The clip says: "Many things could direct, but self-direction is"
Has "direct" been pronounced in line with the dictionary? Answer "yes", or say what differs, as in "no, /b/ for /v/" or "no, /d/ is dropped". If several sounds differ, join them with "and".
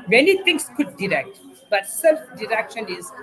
yes